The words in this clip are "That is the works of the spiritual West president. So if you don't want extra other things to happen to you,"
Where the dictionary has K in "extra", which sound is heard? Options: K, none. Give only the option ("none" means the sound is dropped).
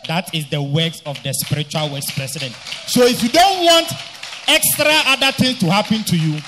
K